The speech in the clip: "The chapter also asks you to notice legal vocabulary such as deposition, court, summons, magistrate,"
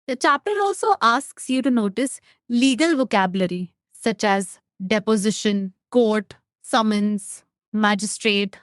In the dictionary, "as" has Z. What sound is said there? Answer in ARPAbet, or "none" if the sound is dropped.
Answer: Z